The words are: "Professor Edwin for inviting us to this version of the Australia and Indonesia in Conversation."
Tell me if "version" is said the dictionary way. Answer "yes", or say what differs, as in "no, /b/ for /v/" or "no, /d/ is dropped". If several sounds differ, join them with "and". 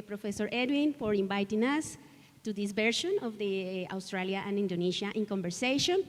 no, /b/ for /v/ and /ʃ/ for /ʒ/